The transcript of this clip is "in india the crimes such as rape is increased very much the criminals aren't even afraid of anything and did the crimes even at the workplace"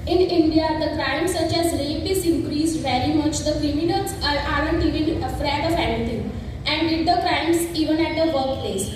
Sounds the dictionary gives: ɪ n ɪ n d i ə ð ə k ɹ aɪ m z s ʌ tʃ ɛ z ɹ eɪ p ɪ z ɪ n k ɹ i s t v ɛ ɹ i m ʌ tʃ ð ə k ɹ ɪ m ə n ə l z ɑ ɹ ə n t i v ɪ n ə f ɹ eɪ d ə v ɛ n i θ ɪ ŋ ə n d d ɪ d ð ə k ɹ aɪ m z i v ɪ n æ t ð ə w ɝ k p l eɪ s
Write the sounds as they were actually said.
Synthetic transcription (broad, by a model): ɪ n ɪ n d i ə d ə k ɹ aɪ m s ʌ tʃ ɛ z l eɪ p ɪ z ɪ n k ɹ i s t v ɛ ɹ i m ʌ tʃ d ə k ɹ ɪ m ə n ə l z ɑ ɹ ə n t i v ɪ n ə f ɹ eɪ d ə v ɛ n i t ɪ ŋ ə n d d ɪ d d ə k ɹ aɪ m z i v ɪ n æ t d ə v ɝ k p l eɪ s